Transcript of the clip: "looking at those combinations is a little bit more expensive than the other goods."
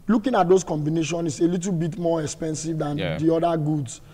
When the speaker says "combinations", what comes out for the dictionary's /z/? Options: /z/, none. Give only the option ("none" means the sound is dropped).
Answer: none